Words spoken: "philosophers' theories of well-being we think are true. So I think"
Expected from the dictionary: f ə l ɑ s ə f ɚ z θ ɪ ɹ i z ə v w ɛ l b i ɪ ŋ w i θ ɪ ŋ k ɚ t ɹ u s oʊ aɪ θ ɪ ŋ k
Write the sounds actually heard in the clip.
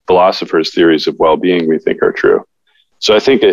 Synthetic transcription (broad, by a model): f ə l ɑ s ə f ɚ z θ ɪ ɹ i z ə v w ɛ l b i ɪ ŋ w i θ ɪ ŋ k ɚ t ɹ u s oʊ aɪ θ ɪ ŋ k